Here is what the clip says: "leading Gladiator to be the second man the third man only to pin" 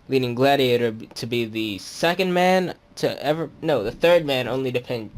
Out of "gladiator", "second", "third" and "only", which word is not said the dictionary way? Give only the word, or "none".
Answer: none